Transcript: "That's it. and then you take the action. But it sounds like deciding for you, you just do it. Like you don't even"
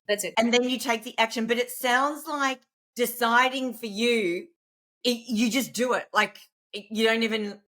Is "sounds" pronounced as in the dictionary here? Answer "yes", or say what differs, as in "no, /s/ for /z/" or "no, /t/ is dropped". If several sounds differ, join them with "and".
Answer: yes